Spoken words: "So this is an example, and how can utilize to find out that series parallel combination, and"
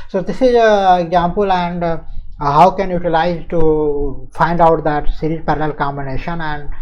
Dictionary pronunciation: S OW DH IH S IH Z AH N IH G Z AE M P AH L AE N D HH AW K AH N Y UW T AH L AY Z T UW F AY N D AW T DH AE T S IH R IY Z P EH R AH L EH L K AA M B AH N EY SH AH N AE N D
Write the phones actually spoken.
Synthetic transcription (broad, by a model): S OW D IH S IH Z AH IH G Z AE M P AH L AE N D HH AW K AH N Y UW T AH L AY Z T UW F AY N D AW T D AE T S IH R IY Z P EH R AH L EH L K AA M B AH N EY SH AH N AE N D